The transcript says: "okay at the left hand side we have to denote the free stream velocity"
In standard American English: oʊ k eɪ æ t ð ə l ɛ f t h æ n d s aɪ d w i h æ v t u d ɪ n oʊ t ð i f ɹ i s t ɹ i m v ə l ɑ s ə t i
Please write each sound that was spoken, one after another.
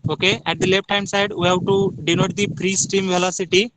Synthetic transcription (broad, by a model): oʊ k eɪ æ t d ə l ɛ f t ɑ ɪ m s aɪ d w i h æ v t u d ɪ n oʊ t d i p ɹ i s t i m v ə l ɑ s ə t i